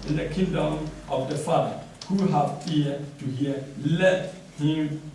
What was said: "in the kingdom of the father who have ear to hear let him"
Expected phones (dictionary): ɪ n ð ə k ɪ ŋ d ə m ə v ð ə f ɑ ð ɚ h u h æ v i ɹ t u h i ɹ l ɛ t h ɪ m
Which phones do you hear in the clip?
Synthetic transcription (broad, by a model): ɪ n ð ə k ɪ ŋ d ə m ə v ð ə f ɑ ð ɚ h u h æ f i t u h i l ɛ t h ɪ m